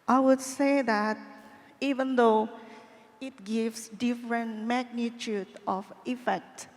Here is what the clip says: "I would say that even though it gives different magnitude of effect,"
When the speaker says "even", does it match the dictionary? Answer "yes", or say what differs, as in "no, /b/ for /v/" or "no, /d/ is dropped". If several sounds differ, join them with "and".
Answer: yes